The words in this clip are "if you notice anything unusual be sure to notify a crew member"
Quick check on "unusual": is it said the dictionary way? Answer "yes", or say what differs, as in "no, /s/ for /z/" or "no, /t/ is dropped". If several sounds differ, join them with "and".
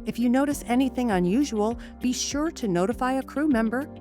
yes